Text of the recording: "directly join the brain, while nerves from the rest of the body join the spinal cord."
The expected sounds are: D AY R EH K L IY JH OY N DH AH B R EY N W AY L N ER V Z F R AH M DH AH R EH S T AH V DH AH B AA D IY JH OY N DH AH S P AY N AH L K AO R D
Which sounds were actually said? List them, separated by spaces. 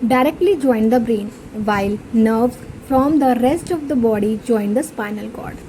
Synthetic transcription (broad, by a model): D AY R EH K L IY JH OY N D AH B R EY N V AY L N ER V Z F R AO M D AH R EH S T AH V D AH B AA D IY JH OY N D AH S P AY N AH L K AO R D